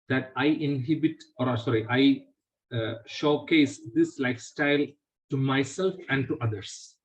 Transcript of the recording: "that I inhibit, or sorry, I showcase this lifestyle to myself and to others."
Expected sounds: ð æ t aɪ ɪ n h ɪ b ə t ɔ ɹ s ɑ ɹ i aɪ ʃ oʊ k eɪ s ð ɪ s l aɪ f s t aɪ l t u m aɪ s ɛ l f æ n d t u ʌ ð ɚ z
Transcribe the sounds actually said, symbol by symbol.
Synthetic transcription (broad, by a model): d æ t aɪ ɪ n h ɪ b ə t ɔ ɹ s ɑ ɹ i aɪ ʃ oʊ k eɪ s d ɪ s l aɪ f s t aɪ l t u m aɪ s ɛ l f æ n d t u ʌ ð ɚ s